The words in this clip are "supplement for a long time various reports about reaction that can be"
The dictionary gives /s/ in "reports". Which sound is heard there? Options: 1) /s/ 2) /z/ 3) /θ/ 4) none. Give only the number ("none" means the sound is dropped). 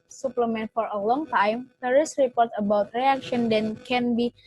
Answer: 4